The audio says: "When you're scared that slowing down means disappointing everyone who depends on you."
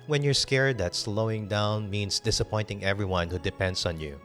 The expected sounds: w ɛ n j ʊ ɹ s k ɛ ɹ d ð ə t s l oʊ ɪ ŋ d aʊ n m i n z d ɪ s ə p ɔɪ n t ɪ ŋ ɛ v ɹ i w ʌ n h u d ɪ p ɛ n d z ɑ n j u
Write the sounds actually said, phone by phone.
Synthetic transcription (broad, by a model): w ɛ n j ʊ ɹ s k ɛ ɹ d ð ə t s l oʊ ɪ ŋ d aʊ n m i n s d ɪ s ə p ɔɪ n t ɪ ŋ ɛ v ɹ i w ʌ n h u d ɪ p ɛ n d s ɑ n j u